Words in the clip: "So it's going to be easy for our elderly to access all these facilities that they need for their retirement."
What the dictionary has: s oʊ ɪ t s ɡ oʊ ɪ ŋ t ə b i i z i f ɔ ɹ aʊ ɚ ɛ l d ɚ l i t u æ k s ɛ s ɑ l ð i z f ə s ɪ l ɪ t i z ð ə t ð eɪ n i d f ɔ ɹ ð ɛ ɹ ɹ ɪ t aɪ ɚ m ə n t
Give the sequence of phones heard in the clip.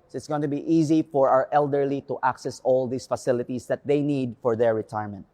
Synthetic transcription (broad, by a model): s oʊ ɪ t s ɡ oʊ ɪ t ə b i i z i f ɔ ɹ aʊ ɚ ɛ l d ɚ l i t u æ k s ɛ s ɑ l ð i s f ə s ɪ l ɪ t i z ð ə t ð eɪ n i d f ɔ ɹ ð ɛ ɹ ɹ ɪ t aɪ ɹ m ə n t